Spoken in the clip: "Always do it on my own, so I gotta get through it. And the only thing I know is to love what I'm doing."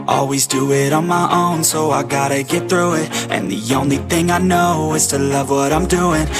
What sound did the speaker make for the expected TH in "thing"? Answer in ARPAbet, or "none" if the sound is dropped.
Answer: TH